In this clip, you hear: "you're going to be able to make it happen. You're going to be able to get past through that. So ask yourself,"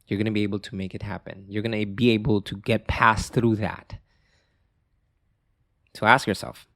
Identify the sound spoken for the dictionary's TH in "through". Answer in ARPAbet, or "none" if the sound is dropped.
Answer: TH